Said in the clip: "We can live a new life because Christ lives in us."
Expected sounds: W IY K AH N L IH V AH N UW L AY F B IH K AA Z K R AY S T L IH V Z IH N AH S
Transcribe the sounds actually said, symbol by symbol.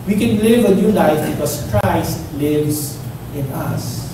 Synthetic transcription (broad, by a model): W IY K AH N L IH V AH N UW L AY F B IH K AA S K R AY S T L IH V S IH N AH S